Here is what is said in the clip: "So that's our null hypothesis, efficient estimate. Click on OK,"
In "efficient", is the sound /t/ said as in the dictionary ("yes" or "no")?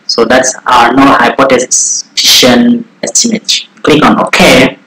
no